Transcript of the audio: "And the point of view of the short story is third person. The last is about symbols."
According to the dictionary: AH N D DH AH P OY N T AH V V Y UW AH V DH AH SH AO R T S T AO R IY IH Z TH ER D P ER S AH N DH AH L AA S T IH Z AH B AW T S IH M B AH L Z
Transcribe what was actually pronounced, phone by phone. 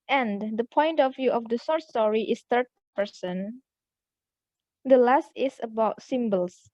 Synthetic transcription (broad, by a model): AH N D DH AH P OY N T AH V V Y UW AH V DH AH S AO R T S T AO R IY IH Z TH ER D P ER S AH N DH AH L AA S T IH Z AH B AW T S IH M B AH L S